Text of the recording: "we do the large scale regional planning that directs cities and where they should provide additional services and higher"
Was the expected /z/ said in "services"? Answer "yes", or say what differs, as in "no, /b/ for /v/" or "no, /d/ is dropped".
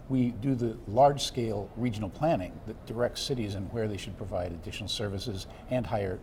yes